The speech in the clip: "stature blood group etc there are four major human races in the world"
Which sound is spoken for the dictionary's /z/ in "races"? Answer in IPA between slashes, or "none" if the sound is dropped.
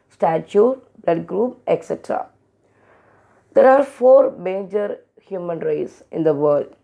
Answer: /s/